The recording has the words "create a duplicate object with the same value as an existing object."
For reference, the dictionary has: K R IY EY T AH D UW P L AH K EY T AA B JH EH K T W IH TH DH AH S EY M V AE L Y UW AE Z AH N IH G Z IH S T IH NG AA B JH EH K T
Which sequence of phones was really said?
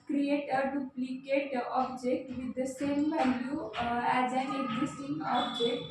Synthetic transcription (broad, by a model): K R IY EY T AH D UW P L AH K EY T AA B JH EH K T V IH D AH S EY M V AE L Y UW AE Z AH N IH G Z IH S T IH NG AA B JH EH K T